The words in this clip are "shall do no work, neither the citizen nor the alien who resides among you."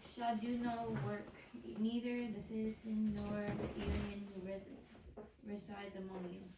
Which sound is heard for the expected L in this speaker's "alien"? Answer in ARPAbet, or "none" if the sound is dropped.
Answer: N